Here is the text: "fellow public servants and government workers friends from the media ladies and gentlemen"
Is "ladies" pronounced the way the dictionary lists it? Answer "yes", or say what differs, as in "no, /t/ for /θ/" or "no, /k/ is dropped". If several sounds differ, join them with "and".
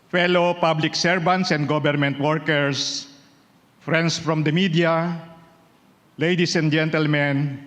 no, /s/ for /z/